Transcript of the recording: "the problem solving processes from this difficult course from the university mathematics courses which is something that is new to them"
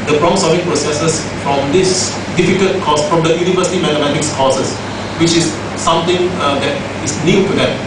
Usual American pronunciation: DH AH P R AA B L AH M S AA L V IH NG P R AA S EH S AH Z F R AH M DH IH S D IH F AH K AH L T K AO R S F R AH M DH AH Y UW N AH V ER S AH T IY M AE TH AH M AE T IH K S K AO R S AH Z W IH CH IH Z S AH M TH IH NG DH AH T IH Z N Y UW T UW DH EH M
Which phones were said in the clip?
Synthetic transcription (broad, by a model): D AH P R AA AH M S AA V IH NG P R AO S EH S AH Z F R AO M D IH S D IH F AH K AH L T K AO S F R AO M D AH Y UW N AH V ER S AH T IY M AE T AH M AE T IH K S K AO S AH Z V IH CH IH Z S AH M T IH NG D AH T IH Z N Y UW T UW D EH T